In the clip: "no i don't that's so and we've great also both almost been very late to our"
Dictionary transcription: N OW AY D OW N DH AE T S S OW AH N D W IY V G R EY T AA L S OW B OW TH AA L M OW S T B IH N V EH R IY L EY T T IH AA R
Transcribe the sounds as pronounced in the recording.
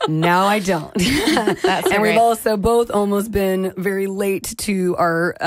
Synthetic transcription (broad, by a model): N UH AY D OW N T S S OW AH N W IY V AA L S OW B OW TH AA L M OW S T B IH N V EH R IY L EY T T IH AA R